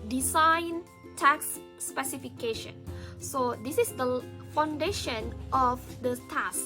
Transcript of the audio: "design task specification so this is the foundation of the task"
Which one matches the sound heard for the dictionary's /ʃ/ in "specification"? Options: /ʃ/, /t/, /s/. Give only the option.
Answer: /ʃ/